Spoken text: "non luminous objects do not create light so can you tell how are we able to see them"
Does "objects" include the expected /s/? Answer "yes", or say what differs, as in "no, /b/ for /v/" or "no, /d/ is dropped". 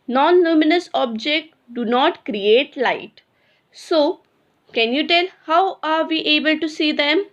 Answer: no, /s/ is dropped